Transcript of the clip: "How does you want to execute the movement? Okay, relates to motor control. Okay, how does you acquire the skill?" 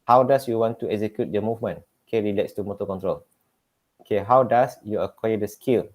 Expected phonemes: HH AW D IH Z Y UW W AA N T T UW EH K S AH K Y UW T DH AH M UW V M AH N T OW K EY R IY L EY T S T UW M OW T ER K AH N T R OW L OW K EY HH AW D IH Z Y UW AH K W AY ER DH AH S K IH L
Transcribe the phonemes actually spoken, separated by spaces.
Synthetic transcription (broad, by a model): HH AW D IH S Y UW W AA N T T UW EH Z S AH K Y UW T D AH M UW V M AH N OW K EY R IY L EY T S T UW M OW T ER K AH N T R OW L OW K EY HH AW D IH S Y UW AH K W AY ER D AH S K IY L